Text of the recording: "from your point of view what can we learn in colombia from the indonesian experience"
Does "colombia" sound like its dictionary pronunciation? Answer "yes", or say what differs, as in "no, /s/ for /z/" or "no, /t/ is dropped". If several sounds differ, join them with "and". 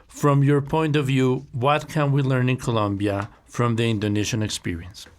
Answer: yes